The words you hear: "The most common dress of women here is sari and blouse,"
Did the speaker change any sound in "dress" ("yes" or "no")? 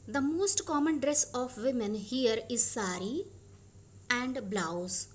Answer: no